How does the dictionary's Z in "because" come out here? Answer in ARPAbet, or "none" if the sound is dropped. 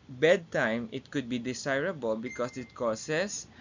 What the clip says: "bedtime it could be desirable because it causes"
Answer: S